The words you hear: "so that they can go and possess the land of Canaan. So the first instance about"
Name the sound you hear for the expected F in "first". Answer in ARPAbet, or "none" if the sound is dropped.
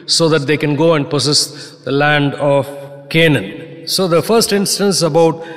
F